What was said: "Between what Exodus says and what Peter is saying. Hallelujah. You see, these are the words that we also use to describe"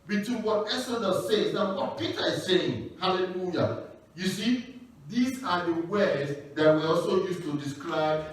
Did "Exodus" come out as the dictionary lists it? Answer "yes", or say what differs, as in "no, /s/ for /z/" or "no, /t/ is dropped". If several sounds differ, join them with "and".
no, /k/ is dropped